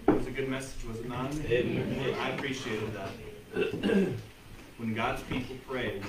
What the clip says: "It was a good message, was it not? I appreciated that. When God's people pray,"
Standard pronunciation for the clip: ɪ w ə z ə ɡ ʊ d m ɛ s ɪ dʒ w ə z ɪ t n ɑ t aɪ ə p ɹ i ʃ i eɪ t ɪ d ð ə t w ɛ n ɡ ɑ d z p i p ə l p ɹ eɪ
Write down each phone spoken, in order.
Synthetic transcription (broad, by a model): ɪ w ə z ə ɡ ʊ d m ɛ s ɪ dʒ w ə z ɪ t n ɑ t aɪ ə p ɹ i ʃ i eɪ t ɪ d ð ə t w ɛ n ɡ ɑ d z p i p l p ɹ eɪ